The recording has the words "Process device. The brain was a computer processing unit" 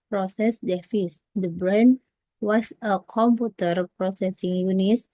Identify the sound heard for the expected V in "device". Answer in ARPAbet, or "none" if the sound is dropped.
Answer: F